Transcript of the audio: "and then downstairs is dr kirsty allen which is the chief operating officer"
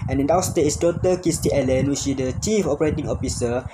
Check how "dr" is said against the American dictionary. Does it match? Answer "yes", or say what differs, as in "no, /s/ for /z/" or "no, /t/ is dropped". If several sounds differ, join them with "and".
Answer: no, /k/ is dropped